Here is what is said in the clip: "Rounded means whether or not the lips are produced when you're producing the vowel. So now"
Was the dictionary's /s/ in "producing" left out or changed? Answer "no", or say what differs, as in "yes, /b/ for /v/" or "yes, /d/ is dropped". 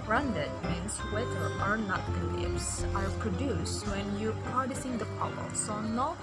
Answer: no